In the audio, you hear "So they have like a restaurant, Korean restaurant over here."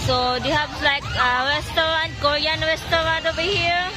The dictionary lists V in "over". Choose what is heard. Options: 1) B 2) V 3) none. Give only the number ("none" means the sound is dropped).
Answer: 1